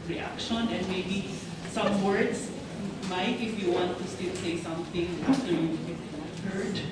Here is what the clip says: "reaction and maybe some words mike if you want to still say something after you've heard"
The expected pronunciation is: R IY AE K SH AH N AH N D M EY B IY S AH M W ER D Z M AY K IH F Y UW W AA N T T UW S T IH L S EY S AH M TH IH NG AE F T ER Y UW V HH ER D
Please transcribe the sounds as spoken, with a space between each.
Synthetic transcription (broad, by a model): R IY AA K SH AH N AH N D M EY B IY S AH M W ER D S M AY K IH F Y UW W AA N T T UW S T IH L S EY S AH M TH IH NG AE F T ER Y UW P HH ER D